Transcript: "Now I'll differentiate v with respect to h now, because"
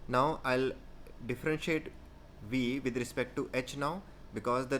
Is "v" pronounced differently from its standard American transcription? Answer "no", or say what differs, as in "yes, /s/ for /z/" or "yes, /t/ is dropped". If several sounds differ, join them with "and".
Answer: no